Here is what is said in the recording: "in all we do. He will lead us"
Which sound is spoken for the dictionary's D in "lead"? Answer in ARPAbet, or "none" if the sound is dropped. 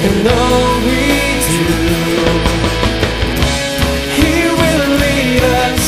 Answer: none